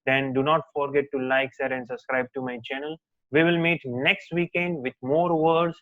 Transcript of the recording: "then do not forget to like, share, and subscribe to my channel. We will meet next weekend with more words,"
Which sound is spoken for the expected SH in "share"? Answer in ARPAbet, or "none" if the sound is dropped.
S